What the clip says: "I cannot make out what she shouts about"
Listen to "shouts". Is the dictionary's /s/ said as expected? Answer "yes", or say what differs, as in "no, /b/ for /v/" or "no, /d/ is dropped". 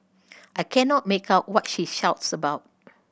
yes